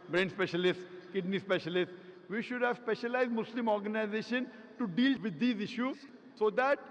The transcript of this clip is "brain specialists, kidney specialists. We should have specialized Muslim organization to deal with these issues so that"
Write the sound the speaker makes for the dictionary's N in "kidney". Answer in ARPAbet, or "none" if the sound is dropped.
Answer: N